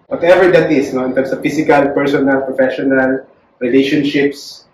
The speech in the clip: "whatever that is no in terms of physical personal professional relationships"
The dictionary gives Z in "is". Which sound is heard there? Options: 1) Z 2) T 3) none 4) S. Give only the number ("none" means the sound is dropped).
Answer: 4